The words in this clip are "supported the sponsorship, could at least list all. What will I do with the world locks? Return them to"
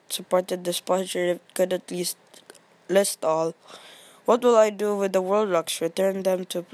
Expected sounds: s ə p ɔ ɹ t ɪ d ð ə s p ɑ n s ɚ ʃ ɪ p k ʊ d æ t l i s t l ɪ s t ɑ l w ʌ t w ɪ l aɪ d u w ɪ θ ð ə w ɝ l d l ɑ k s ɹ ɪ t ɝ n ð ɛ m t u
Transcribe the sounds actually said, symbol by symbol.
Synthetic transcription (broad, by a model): s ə p ɔ ɹ t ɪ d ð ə s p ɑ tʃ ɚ ɪ k ʊ d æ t l i s t l ɪ s t ɑ l w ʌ t w ɪ l aɪ d u w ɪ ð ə w ɝ l d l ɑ k s ɹ ɪ t ɝ n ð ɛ m t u